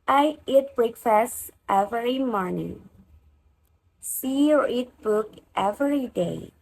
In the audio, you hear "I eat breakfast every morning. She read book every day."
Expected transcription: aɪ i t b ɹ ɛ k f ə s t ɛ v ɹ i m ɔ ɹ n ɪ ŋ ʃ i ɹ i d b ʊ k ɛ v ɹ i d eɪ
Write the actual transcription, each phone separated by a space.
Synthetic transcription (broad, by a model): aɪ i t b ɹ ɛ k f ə s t ɛ v ɹ i m ɔ ɹ n ɪ ŋ s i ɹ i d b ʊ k ɛ v ɹ i d eɪ